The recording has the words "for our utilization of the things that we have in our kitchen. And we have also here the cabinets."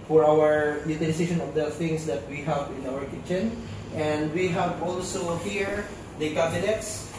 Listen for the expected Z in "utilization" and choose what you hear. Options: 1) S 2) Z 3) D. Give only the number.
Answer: 1